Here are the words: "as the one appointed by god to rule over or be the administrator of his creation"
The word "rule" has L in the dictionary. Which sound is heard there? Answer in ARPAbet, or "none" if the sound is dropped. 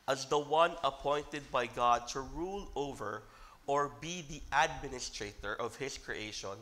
L